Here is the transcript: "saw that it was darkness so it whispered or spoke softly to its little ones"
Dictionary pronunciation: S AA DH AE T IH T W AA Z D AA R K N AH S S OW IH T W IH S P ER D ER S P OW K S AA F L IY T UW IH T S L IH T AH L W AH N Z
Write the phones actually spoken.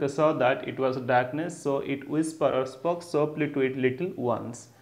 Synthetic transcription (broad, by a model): S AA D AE T IH T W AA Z D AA R K N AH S S OW IH T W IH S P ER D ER S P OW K S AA P L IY T UW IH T L IH T AH L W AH N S